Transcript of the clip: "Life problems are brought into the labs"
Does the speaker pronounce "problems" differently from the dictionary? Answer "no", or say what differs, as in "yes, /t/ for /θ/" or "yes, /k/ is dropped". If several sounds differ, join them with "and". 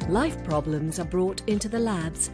no